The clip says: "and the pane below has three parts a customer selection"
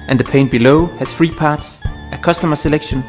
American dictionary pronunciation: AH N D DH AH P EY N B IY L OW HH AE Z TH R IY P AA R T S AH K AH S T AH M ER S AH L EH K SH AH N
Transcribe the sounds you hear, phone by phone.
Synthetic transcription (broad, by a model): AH N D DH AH P EY N B IY L OW HH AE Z F R IY P AA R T S AH K AH S T AH M ER S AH L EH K SH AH N